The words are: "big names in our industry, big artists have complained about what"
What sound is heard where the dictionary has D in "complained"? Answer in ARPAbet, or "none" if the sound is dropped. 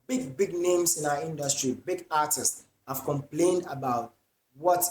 D